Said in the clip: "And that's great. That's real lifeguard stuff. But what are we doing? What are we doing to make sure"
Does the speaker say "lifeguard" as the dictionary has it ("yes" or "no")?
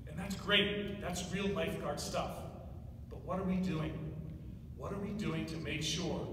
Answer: no